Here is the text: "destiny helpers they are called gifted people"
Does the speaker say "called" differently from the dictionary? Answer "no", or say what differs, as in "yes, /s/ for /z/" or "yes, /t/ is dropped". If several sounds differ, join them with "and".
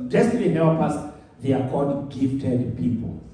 yes, /l/ is dropped